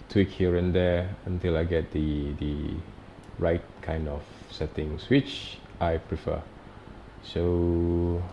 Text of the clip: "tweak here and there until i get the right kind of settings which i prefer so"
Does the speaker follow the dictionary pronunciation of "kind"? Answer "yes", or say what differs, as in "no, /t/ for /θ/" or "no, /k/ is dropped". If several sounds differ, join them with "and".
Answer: yes